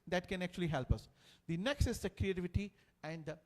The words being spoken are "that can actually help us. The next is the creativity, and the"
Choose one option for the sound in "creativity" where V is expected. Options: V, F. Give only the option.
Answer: V